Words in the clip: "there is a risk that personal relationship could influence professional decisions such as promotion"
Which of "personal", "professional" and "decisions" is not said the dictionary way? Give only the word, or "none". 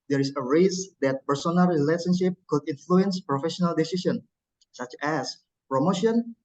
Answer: decisions